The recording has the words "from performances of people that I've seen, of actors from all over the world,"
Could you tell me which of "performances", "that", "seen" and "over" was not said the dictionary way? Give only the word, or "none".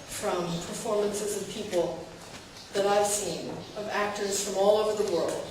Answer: none